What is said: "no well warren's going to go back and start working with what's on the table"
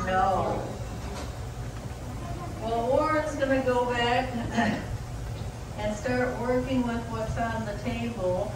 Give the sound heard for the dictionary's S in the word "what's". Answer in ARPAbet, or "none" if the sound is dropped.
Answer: S